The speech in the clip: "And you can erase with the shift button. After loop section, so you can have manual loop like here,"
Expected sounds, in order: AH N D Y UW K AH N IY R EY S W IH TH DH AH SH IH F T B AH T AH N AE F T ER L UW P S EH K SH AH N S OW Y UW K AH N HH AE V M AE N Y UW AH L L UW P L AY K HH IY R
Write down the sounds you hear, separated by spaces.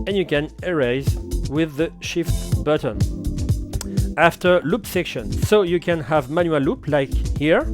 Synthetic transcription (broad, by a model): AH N Y UW K AH N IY R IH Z W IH DH AH SH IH F T B AH T AH N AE F T ER L UW P S EH K SH AH N S OW Y UW K AH N HH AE V M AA N Y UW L L UW P L AY K HH IY R